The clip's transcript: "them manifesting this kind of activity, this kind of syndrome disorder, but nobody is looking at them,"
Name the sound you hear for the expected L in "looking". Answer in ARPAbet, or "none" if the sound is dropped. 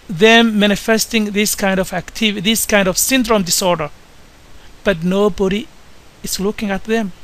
L